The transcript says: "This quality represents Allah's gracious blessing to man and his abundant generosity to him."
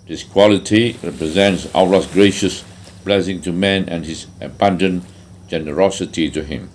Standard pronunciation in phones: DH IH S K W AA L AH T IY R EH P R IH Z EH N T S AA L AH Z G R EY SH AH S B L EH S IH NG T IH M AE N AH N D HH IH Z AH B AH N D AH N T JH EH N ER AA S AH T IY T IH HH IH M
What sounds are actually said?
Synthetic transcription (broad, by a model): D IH S K W AA L AH T IY R EH P R IH Z EH N T S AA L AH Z G R EY SH AH S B L EH S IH NG T IH M AE N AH N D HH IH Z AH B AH N D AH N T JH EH N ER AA S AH T IY T IH HH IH M